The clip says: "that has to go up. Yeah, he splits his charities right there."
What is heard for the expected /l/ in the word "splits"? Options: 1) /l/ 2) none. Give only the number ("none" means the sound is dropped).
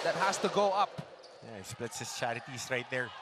1